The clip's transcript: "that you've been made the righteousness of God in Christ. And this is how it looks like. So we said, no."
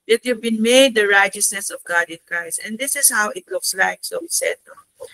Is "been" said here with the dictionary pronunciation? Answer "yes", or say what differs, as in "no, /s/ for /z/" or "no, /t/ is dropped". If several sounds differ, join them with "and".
yes